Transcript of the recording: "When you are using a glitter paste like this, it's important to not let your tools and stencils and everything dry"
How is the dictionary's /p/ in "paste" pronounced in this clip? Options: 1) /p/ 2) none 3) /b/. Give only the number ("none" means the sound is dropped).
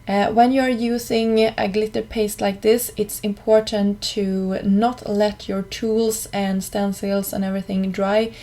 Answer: 1